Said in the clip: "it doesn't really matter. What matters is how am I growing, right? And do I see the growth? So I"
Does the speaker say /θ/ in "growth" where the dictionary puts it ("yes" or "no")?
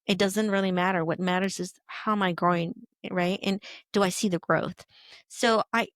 yes